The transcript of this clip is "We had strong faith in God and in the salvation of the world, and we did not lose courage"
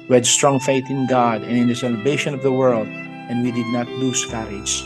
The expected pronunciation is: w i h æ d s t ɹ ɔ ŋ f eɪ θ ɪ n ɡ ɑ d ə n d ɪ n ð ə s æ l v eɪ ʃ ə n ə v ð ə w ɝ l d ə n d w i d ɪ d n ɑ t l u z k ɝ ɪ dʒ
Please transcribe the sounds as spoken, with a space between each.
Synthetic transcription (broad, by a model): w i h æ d s t ɹ ɔ ŋ f eɪ θ ɪ n ɡ ɑ d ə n ɪ n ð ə s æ l v eɪ ʃ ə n ə v ð ə w ɝ l d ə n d w i d ɪ d n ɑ t l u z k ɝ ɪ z